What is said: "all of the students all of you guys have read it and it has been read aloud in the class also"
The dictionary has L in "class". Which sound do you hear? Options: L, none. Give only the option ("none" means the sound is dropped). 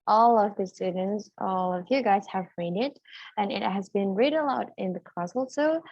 none